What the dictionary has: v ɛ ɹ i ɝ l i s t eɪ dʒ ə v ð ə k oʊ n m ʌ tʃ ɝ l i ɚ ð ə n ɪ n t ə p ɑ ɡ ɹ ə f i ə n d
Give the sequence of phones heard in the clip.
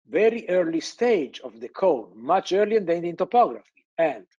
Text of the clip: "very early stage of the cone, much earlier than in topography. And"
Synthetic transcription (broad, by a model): v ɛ ɹ i ɝ l i s t eɪ dʒ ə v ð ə k oʊ l m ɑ tʃ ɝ l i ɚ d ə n ɪ n t ə p ɑ ɡ ɹ ə f i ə n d